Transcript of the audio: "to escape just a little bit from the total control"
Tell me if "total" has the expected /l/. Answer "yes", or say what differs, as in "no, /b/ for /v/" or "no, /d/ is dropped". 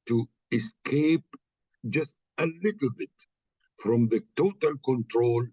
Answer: yes